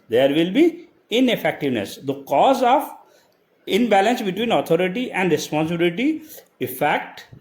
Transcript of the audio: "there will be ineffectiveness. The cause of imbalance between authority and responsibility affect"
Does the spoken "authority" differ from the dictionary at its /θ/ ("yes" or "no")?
yes